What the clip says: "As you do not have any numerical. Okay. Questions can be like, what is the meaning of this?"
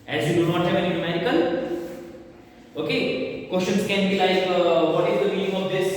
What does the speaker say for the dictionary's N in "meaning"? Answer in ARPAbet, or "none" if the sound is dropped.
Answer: L